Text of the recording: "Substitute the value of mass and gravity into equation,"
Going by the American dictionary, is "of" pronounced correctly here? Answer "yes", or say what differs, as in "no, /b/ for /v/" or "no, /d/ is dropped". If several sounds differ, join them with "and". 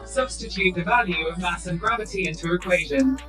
yes